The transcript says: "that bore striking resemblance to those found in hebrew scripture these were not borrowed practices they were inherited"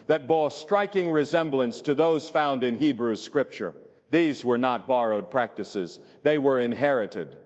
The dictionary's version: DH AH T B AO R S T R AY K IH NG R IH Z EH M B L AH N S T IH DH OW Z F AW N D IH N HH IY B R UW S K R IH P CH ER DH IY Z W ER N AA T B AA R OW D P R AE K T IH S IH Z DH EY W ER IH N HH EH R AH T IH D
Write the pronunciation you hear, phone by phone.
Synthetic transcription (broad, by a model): DH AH T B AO S T R AY K IH NG R IH Z EH M B L AH N S T IH DH OW Z F AW N D IH N HH IY B R UW S K R IH P CH ER DH IY Z W ER N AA T B AA R OW D P R AE K T IH S IH Z DH EY W ER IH N HH EH R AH T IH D